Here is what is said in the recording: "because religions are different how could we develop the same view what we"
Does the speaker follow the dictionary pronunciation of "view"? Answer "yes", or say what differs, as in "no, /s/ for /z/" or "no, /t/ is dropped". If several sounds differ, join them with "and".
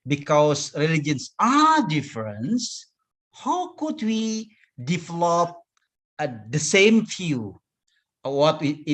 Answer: no, /f/ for /v/